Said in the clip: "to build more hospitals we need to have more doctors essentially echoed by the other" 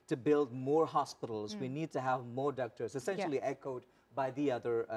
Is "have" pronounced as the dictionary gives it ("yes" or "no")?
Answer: yes